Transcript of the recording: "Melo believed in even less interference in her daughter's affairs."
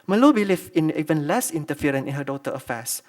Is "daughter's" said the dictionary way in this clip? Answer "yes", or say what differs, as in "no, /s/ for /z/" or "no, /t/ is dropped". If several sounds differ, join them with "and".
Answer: no, /z/ is dropped